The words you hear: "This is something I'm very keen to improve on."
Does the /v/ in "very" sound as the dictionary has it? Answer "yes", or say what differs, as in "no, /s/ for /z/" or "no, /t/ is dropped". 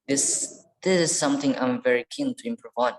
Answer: yes